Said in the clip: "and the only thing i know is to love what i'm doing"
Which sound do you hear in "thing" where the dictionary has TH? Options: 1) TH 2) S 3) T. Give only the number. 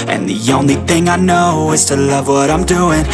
1